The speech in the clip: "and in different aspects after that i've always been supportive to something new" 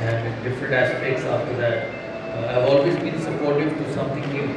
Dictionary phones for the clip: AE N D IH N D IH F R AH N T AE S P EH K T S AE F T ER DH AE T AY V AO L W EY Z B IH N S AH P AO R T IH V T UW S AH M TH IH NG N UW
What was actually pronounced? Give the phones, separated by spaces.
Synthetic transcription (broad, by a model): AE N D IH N D IH F R AH N T AE S P EH K T S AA F T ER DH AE T AY V AO L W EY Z B IH N S AH P AO R T IH V T UW S AH M T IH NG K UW